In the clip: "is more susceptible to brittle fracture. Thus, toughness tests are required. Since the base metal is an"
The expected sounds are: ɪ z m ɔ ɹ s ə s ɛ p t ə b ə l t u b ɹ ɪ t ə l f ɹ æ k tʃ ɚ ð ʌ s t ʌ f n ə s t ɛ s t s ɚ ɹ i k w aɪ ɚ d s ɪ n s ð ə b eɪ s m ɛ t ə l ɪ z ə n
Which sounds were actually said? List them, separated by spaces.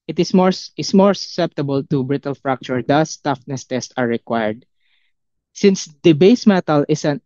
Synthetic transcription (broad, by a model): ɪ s m ɔ ɹ s ə s ɛ p t ə b ə l t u b ɹ ɪ t ə l f ɹ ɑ k tʃ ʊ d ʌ s t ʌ f n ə s t ɛ s t ɚ ɹ i k w aɪ ɚ d s ɪ n s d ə b eɪ s m ɛ t ə l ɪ s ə n